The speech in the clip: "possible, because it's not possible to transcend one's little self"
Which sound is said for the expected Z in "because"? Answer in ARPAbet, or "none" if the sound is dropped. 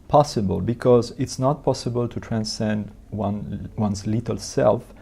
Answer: Z